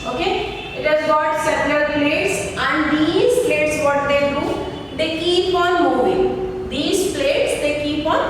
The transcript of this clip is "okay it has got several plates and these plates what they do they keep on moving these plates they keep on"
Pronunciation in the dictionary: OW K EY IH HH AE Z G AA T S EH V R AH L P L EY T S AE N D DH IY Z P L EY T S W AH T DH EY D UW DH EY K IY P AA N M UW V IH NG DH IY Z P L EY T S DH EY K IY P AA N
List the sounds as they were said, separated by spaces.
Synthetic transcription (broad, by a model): OW K EY IH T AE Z G AA T S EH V L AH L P L EY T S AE N D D IY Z P L EY T S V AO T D EY D UW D EY K IY P AA N M UW V IH NG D IY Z P L EY T S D EY K IY P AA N